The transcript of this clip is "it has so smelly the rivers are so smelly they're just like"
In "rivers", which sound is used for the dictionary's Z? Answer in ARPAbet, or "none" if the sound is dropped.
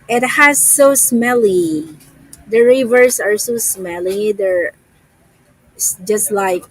S